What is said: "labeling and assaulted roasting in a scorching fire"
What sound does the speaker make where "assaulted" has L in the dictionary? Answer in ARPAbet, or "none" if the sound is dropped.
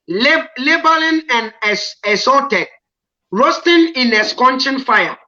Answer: none